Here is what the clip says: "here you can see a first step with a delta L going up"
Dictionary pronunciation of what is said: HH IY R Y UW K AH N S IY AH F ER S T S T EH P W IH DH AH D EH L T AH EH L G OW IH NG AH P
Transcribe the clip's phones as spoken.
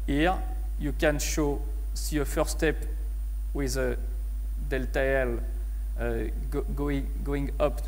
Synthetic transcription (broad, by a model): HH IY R Y UW K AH N S IY AH F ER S S T EH P W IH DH AH D EH L T AH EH L G OW IH NG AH P